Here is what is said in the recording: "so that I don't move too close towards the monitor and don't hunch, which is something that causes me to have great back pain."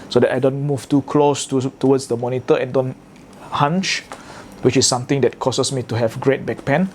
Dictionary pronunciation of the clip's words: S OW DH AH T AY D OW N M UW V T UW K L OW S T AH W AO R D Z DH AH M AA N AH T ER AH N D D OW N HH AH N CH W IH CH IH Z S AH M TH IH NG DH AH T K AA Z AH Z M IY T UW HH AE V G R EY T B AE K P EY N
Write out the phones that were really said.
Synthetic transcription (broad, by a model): S OW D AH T AY D OW N M UW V T UW K L OW S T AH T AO W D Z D AH M AA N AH T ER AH N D D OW N HH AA N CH W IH CH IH S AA M T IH NG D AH T K AA S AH S M IY T UW HH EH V G R EY T B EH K P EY N